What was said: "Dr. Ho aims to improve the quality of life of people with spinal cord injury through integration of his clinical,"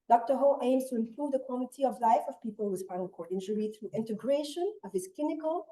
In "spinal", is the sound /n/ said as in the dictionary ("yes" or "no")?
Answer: no